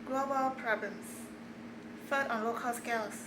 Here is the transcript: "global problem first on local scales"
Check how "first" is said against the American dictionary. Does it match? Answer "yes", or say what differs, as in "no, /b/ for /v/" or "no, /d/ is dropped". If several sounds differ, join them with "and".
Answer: no, /s/ is dropped